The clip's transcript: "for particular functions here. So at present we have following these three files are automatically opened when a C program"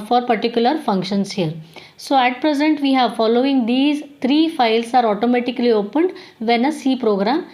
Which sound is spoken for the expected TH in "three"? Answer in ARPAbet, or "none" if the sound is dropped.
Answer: T